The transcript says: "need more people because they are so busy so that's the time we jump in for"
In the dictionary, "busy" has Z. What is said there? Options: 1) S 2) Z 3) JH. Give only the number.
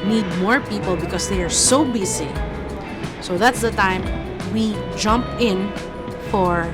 1